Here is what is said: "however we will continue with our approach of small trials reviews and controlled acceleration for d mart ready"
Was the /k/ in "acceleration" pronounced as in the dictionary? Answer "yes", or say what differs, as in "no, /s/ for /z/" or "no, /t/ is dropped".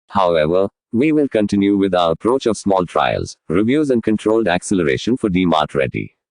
yes